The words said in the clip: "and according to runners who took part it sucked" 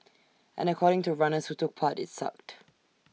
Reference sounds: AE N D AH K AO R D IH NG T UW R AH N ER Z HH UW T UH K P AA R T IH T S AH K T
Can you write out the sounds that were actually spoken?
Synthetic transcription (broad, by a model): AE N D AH K AO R D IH NG T UW R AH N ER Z HH UW T UH K P AA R T IH T S AH K T